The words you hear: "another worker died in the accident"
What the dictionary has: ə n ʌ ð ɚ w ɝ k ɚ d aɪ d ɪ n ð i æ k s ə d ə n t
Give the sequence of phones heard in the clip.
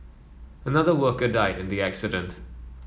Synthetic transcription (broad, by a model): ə n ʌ ð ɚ w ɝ k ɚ d aɪ d ɪ n ð i æ k s ə d ə n t